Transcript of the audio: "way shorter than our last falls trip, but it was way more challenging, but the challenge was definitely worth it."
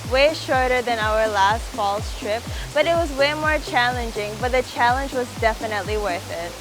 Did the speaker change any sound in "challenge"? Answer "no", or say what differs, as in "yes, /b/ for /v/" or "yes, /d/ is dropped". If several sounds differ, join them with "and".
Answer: no